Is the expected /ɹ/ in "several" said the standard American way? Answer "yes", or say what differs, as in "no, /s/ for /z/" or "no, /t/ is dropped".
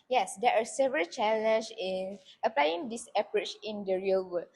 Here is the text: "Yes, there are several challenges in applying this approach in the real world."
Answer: yes